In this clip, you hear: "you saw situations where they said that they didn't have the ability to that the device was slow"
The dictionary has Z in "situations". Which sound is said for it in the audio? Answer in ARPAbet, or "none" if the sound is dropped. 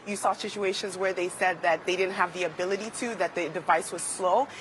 Z